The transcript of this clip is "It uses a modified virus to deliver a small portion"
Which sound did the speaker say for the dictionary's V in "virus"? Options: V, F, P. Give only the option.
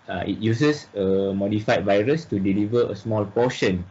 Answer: V